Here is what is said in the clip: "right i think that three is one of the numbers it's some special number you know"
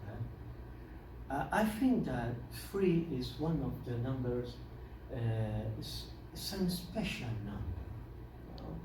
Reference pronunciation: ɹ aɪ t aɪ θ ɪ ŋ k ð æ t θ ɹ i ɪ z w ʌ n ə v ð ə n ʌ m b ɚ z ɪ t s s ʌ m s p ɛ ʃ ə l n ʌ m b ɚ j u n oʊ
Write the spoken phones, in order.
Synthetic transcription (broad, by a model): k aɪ t aɪ θ ɪ ŋ k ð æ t f ɹ i ɪ z w ʌ n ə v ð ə n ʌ m b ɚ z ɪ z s s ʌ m s p ɛ ʃ ə l n ʌ m b ɚ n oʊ